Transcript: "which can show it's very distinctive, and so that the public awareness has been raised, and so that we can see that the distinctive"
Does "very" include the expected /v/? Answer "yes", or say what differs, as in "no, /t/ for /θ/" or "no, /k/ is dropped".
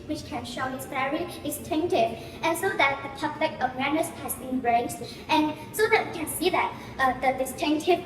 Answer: no, /f/ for /v/